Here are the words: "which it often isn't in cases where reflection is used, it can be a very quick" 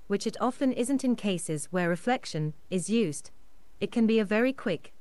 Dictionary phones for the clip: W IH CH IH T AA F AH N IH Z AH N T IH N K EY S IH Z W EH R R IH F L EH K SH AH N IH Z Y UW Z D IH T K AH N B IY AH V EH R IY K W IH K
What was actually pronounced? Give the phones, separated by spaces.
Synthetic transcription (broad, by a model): W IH CH IH T AA F AH N IH Z AH N T IH N K EY S IH Z W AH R R IH F L EH K SH AH N IH Z Y UW Z D IH T K AH N B IY AH V EH R IY K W IH K